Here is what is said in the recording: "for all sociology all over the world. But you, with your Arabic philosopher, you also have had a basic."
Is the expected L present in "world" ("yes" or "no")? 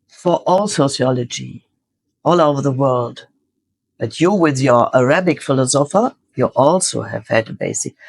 yes